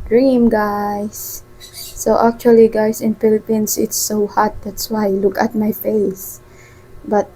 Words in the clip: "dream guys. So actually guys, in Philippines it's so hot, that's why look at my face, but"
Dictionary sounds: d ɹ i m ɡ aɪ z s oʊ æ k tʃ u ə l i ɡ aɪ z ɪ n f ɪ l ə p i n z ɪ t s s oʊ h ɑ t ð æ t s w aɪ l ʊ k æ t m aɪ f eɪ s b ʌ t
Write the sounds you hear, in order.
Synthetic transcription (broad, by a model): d ɹ i m ɡ aɪ s oʊ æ k tʃ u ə l i ɡ aɪ s ɪ n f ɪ l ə p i n s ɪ t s s oʊ h ɑ t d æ t s w aɪ l ʊ k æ t m aɪ f eɪ s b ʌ t